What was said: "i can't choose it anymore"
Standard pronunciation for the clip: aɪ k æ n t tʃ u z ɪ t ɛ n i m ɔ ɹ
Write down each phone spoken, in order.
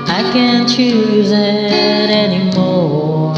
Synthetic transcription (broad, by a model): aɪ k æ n tʃ u z ɪ t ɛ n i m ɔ